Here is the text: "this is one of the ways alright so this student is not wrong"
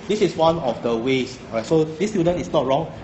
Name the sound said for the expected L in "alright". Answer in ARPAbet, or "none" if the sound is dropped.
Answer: none